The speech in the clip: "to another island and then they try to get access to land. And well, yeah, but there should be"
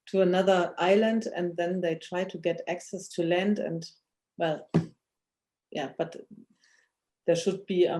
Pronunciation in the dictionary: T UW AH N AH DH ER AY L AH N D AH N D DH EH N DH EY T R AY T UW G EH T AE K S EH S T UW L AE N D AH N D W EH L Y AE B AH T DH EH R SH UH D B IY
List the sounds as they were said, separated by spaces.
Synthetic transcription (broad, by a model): T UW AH N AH DH ER AY L AH N D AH N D DH EH N DH EY T R AY T UW G EH T AE K S EH S T UW L AE N D AH N D W EH L Y AE B AH T DH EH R SH UH D B IY